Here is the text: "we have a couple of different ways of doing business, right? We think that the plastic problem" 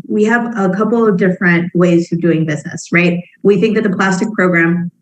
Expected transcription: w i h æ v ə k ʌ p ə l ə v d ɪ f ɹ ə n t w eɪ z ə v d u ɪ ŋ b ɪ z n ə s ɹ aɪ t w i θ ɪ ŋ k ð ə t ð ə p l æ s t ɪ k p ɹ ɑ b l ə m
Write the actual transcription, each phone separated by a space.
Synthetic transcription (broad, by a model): w i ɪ v ə k ʌ p l ə v d ɪ f ɹ ə n t w eɪ z ə v d u ɪ ŋ b ɪ z n ə s ɹ aɪ t w i θ ɪ ŋ k ð ə t ð ə p l æ s t ɪ k p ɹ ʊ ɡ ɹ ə m